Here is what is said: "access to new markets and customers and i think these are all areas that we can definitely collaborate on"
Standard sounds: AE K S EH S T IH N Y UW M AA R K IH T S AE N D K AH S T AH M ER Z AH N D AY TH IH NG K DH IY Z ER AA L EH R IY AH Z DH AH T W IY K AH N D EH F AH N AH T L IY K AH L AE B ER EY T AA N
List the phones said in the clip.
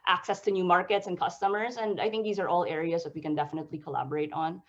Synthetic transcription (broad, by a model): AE K S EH S T IH N Y UW M AA R K IH T S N K AH S T AH M ER Z AH N D AY TH IH NG K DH IY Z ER AA L EH R IY AH Z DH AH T W IY K AH N D EH F AH N AH T L IY K AH L AE B ER EY T N